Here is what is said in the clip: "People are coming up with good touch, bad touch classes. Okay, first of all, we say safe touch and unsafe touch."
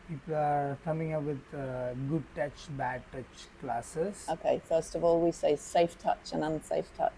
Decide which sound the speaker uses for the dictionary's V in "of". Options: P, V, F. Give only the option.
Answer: V